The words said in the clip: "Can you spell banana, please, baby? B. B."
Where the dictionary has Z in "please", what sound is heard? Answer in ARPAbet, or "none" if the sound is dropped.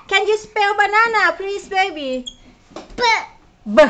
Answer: S